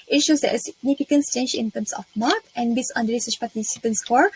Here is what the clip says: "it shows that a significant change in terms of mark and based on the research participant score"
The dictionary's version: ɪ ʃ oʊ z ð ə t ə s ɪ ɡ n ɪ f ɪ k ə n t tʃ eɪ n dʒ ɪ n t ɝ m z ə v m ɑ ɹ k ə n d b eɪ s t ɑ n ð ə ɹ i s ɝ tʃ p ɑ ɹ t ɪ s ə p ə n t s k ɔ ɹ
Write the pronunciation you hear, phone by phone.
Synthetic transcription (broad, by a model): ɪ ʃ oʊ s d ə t s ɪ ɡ n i f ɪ k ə n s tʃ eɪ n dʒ ɪ n t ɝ m s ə f m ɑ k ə n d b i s ɑ n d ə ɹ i s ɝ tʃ p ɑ t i s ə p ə n s k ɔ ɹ